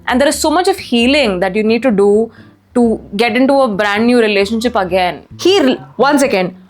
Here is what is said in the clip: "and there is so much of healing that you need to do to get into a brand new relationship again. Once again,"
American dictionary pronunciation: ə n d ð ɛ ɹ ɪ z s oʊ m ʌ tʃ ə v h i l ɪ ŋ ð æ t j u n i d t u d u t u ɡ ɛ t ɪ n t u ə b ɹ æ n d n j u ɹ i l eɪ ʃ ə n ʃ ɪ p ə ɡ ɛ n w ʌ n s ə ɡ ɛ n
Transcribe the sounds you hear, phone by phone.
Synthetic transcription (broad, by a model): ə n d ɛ ɹ ɪ z s oʊ m ʌ tʃ ə v h i l ɪ ŋ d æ t j u n i d t u d u t u ɡ ɛ t ɪ n t u ə b ɹ æ n d n j u ɹ i l eɪ ʃ ə n ʃ ɪ p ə ɡ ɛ n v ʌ n s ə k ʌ n